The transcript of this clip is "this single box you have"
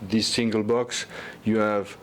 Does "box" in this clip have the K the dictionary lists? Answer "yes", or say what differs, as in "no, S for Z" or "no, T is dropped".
yes